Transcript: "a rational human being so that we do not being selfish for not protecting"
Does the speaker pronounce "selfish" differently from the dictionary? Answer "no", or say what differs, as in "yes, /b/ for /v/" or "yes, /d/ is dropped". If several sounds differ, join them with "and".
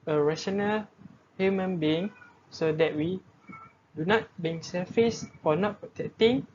yes, /l/ is dropped and /s/ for /ʃ/